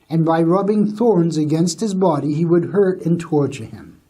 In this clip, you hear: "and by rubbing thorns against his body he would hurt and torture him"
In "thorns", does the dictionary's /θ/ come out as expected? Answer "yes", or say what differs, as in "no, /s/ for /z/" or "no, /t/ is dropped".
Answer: yes